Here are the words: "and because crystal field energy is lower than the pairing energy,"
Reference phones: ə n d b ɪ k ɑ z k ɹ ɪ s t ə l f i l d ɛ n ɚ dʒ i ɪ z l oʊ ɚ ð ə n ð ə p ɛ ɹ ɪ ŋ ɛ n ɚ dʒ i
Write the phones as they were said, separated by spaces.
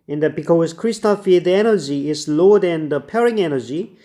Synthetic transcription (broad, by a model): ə n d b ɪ k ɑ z k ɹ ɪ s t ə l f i d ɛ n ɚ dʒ i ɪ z l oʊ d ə n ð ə p ɛ ɹ ɪ ŋ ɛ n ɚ dʒ i